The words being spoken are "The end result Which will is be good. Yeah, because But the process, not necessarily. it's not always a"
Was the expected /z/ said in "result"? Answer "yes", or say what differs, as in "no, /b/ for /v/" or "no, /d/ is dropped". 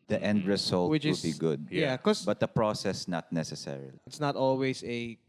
no, /s/ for /z/